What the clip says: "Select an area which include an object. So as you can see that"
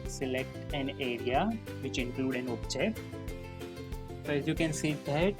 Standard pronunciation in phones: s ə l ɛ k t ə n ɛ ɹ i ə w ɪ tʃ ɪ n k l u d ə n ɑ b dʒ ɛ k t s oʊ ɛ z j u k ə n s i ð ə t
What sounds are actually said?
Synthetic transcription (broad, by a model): s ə l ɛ k t ə n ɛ ɹ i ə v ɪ tʃ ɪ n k l u d ə n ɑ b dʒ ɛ t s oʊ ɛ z j u k ə n s i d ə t